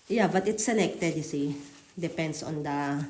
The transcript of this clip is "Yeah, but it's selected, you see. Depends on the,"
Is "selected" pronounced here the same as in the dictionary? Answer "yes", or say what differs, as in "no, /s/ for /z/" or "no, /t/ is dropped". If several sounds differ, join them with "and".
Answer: no, /n/ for /l/